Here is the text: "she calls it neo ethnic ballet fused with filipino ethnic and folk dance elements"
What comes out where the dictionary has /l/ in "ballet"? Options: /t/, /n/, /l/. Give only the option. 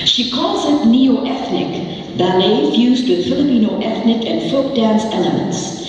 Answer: /n/